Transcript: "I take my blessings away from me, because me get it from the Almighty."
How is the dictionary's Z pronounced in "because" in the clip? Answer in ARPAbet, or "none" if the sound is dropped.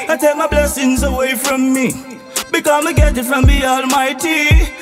none